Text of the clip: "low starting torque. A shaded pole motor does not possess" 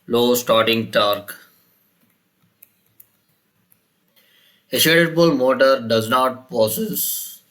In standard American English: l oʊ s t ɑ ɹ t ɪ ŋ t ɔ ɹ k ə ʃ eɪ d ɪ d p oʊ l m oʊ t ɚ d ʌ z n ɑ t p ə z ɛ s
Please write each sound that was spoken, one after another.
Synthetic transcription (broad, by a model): l oʊ s t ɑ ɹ t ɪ ŋ t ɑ ɹ k ə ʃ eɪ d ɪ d b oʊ l m oʊ t ɚ d ʌ z n ɑ t p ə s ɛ s